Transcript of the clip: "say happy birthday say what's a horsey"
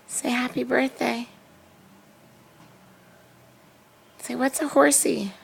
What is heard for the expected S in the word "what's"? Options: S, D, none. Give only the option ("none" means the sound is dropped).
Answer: S